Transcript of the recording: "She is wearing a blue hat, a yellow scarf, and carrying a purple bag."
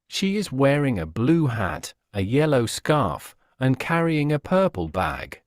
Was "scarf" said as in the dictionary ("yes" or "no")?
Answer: yes